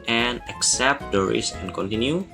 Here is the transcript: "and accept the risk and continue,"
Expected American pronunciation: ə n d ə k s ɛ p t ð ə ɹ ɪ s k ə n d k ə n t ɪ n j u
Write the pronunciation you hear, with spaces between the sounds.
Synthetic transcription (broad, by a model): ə n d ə k s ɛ p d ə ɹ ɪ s ə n k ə n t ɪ n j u